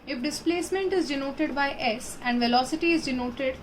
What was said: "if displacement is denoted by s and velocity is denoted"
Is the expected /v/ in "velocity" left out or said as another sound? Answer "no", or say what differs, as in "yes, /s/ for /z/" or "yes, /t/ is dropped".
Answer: no